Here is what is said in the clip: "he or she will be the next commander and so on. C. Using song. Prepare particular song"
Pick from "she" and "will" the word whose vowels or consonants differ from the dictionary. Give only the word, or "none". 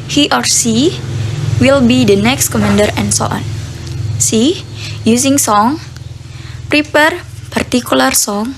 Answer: she